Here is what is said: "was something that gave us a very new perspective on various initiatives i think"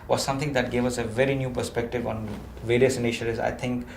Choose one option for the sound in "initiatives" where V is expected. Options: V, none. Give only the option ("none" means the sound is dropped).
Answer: none